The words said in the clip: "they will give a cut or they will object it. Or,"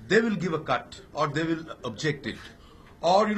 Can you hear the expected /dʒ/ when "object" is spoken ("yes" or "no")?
yes